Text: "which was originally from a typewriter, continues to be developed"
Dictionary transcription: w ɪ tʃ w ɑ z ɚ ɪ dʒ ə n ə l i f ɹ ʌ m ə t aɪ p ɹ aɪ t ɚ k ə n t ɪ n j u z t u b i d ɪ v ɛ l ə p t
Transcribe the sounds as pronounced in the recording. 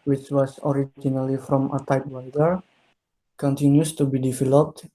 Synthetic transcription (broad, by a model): w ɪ tʃ w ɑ s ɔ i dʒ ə n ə l i f ɹ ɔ m ə t aɪ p w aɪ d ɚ k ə n t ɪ n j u s t u b i d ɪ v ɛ l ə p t